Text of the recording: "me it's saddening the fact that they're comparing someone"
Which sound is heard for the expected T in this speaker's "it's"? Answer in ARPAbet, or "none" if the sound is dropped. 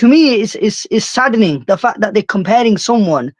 S